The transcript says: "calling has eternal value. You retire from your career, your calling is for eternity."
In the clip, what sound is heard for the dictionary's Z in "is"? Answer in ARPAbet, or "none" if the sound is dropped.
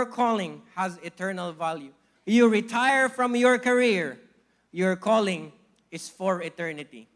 S